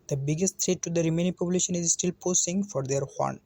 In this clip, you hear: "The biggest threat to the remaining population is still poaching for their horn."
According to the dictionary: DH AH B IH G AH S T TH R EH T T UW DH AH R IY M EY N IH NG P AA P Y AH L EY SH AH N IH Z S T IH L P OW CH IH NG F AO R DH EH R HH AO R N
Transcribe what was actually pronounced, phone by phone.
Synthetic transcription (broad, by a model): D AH B IH G AH S T T R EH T T UW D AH R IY M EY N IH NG P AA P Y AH L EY SH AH N IH Z S T IH L P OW S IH NG F AO R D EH R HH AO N